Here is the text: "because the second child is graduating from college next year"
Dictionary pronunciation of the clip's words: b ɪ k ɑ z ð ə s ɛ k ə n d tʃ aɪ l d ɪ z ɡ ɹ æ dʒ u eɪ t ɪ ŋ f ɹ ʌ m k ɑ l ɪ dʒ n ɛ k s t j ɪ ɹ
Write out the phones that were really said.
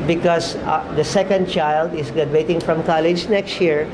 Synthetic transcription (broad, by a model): b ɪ k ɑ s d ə s ɛ k ə n d tʃ aɪ l d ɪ s ɡ ɹ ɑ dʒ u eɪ t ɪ ŋ f ɹ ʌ m k ɑ l ɪ dʒ n ɛ k s t j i ɹ